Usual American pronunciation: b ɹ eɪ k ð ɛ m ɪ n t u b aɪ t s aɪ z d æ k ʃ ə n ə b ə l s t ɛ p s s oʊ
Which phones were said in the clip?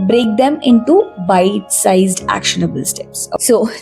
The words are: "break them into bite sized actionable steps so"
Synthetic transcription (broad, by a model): b ɹ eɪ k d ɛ m ɪ n t u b aɪ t s aɪ z d æ k ʃ ə n ə b ə l s t ɛ p s s oʊ